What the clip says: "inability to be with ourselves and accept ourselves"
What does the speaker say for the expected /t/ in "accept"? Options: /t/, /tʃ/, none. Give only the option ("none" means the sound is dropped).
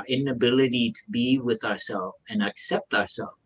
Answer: /t/